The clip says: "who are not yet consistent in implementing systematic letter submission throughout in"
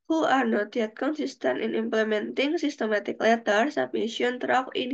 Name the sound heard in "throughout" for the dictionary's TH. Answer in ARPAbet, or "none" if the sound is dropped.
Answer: T